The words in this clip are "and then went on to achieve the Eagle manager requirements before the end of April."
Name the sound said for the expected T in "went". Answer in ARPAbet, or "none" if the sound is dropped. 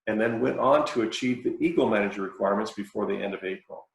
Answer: T